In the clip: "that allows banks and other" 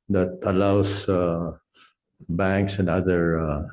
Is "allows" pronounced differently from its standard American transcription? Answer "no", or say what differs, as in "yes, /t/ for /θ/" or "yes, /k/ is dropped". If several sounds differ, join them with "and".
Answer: yes, /s/ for /z/